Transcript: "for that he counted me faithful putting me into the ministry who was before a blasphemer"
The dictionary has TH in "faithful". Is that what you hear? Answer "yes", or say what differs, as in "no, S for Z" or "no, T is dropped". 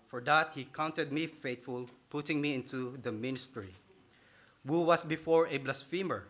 no, T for TH